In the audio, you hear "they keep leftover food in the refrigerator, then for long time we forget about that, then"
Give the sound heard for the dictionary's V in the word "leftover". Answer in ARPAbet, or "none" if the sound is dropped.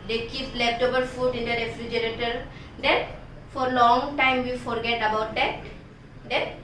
B